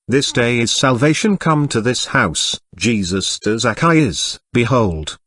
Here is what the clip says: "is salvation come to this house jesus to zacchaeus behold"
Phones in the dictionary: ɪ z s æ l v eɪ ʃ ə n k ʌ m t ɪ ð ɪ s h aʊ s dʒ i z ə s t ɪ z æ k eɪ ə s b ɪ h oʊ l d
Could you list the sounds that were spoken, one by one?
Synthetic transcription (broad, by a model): ɪ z s æ l v eɪ ʃ ə n k ʌ m t ɪ ð ɪ s h aʊ s dʒ i z ə s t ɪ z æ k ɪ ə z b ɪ h oʊ l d